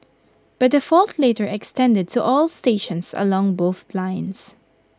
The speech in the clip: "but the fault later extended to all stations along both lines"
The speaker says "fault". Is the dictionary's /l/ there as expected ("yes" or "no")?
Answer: yes